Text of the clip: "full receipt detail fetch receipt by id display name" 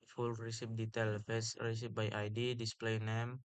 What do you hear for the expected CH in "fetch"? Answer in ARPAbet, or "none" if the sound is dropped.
S